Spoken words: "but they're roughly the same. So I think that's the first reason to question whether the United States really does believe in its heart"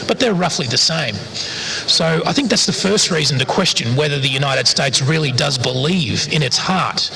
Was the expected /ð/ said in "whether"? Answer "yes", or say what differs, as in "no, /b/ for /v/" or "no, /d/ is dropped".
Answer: yes